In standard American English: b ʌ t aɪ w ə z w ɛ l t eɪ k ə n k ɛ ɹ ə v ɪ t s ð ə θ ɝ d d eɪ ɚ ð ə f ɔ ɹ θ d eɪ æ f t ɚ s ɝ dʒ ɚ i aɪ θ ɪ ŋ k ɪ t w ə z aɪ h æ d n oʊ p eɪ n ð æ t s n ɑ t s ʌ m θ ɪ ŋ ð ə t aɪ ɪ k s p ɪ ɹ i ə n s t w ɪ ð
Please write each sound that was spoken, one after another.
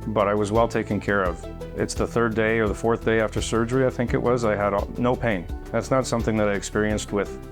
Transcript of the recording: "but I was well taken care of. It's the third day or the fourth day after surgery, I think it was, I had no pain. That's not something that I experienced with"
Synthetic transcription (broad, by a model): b ʌ t aɪ w ə z w ɛ l t eɪ k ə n k ɛ ɹ ə v ɪ t s ð ə θ ɝ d d eɪ ɚ ð ə f ɔ ɹ θ d eɪ æ f t ɚ s ɝ dʒ ɚ i aɪ θ ɪ ŋ k ɪ t w ə z aɪ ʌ d n oʊ p eɪ n ð æ t s n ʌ t s ʌ m θ ɪ ŋ ð ə t aɪ ɪ k s p ɪ ɹ i ə n s t w ɪ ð